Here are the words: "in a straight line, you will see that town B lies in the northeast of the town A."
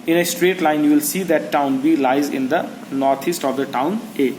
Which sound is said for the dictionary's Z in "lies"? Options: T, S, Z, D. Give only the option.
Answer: Z